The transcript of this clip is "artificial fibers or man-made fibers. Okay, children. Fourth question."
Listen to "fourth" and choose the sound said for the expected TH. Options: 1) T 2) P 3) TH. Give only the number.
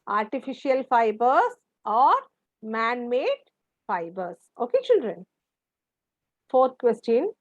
1